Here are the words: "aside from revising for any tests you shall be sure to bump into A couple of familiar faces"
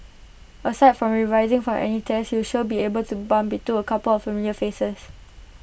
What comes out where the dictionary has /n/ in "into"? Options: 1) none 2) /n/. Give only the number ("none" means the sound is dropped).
1